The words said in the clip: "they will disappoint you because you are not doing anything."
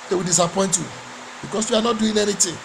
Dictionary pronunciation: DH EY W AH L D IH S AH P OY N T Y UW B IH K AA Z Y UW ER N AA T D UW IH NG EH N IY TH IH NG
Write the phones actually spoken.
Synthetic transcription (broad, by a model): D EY W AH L D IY S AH P OY N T Y UW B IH K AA S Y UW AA N AA T D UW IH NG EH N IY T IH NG